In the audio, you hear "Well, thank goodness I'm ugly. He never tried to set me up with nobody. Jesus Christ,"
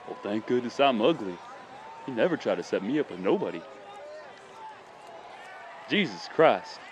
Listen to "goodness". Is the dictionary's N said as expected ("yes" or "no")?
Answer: no